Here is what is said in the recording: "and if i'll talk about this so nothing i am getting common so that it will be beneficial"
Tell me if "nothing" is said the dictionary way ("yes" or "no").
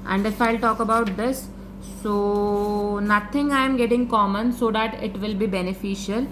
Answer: no